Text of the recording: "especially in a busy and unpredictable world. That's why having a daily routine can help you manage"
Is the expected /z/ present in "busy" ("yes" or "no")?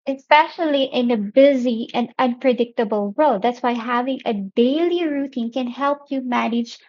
yes